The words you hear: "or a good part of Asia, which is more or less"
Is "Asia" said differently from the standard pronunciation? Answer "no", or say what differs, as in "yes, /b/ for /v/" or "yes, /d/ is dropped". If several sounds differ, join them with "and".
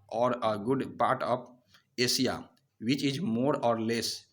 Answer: yes, /s/ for /ʒ/